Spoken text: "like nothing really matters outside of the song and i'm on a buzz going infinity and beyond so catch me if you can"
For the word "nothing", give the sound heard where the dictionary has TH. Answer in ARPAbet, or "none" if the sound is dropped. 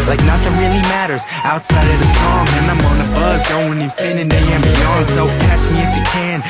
T